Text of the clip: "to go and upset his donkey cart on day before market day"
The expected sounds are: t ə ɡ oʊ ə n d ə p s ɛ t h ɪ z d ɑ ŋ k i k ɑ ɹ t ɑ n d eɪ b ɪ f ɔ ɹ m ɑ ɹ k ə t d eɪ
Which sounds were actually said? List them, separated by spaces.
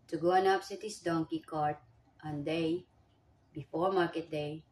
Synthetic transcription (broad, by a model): t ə ɡ oʊ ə n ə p s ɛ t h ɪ s d ɑ ŋ k i k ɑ ɹ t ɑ n d eɪ b ɪ f ɔ ɹ m ɑ ɹ k ə t d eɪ